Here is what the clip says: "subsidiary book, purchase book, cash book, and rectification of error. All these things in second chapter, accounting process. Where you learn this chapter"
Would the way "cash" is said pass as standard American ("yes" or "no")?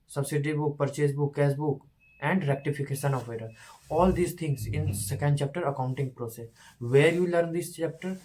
no